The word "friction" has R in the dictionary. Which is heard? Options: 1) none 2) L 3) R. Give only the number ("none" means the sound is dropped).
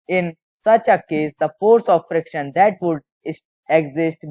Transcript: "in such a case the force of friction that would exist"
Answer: 3